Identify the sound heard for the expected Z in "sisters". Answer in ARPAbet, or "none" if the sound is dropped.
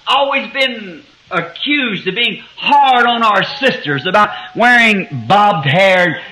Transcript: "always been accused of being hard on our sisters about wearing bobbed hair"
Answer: Z